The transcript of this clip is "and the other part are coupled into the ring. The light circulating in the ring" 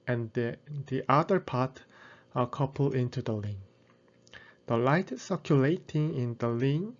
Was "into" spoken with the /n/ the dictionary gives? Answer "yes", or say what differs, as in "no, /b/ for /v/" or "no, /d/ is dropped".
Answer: yes